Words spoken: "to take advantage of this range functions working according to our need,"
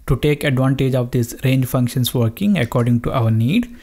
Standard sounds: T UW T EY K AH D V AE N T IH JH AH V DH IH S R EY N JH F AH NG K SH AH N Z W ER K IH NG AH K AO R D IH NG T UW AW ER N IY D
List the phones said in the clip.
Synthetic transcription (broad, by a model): T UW T EY K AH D V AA N T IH JH AH V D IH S R EY N JH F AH NG K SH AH N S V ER K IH NG AH K AO R D IH NG T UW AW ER N IY D